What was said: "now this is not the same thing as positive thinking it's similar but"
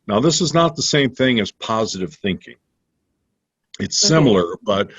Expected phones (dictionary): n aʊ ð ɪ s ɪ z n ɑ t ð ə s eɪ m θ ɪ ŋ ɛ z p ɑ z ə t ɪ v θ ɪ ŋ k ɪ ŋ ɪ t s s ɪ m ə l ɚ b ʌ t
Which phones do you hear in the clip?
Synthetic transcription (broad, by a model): n aʊ ð ɪ s ɪ z n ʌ t ð ə s eɪ m θ ɪ ŋ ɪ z p ɑ z ə t ɪ v θ ɪ ŋ k ɪ ŋ ɪ t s s ɪ m l ɚ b ʌ t